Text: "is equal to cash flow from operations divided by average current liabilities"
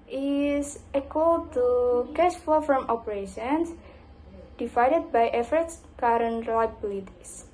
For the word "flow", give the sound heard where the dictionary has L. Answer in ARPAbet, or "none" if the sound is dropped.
none